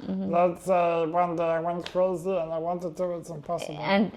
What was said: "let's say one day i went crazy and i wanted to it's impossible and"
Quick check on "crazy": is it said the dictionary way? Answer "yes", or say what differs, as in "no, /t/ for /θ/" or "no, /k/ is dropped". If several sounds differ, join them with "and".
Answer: no, /l/ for /ɹ/